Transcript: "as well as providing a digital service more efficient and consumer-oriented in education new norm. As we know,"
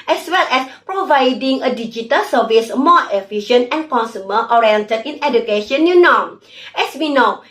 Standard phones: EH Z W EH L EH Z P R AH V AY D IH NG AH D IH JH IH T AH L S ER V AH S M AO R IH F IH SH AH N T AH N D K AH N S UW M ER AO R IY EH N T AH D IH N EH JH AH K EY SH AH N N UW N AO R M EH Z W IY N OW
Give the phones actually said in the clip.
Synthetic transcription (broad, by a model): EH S W EH L EH S P R AH V AY D IH NG AH D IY JH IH T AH L S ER V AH S M AO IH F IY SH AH N AH N K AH N S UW M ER AO R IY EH N T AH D IH N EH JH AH K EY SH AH N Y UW N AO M EH S W IY N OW